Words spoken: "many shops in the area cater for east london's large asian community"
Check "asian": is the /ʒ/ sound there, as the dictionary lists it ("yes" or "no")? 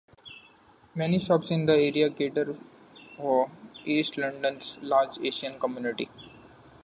no